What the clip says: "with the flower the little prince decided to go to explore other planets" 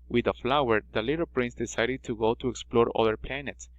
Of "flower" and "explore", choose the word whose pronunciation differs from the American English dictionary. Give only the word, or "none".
none